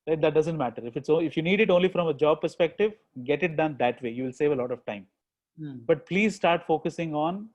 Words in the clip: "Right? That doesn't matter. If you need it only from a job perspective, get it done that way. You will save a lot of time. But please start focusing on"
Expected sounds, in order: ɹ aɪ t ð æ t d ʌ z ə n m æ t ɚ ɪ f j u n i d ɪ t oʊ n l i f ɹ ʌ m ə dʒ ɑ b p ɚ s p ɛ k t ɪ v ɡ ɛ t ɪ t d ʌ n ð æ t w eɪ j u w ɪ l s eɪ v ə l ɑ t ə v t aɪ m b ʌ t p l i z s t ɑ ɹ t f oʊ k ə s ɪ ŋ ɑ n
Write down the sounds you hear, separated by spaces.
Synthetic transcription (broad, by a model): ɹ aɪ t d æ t d ʌ z ə n m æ t ɚ ɪ f j u n i d ɪ t oʊ n l i f ɹ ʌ m ə dʒ ɑ b p ɚ s p ɛ k t ɪ v ɡ ɛ t ɪ t d ʌ n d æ t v eɪ j u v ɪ l s eɪ v ə l ɑ t ə v t aɪ m b ʌ t p l i z s t ɑ ɹ t f oʊ k ə s ɪ ŋ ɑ n